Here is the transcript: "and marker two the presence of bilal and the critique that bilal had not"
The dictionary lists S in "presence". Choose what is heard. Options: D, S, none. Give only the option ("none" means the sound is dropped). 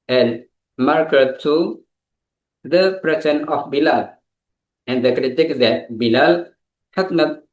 none